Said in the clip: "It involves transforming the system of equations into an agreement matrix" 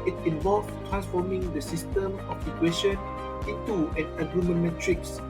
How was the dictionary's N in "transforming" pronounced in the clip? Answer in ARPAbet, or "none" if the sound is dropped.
none